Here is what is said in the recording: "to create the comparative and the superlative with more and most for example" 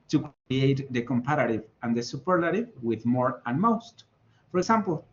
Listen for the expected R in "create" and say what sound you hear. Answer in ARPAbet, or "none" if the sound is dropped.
none